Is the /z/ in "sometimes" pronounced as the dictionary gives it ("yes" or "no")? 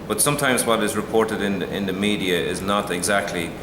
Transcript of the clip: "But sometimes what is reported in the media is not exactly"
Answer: yes